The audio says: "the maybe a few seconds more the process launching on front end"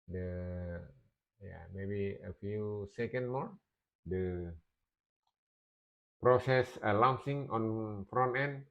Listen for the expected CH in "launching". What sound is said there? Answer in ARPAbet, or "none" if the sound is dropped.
S